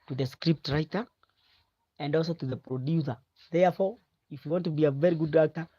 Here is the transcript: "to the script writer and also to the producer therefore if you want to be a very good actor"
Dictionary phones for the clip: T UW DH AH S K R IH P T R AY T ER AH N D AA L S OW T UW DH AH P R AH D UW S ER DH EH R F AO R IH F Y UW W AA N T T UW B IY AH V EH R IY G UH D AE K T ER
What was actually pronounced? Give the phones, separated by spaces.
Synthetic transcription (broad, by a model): T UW DH AH S K R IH P T R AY T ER AH N D AA L S OW T UW DH AH P R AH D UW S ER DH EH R F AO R IH F Y UW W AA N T T UW B IY AH V EH R IY G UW D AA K T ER